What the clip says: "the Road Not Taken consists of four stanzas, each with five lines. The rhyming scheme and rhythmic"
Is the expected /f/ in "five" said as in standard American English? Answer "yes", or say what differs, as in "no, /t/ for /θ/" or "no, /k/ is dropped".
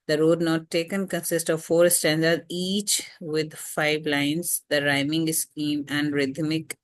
yes